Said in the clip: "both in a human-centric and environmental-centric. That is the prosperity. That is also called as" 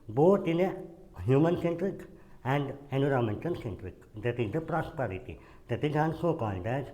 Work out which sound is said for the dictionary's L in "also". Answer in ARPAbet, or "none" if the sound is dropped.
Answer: N